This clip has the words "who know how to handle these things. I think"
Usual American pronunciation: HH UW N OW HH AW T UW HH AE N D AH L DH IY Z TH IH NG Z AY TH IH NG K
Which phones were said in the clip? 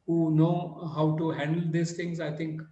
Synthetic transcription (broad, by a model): HH UW N OW HH AW T UW HH AE N D AH L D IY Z T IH NG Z AY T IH NG K